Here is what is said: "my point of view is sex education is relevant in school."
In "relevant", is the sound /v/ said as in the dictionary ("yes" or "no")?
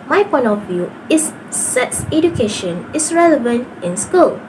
yes